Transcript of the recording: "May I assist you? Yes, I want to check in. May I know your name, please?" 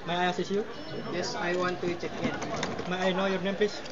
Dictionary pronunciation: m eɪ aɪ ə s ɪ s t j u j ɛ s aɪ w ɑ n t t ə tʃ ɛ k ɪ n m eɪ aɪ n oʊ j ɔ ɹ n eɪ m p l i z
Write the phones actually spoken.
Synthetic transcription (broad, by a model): m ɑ aɪ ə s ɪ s j u j ɛ s aɪ w ɑ n t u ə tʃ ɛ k ɪ n m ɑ aɪ n oʊ j ɔ ɹ n eɪ m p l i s